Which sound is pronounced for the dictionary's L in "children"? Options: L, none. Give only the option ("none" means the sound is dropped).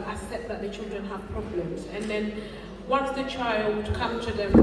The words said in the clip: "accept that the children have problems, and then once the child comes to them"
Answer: L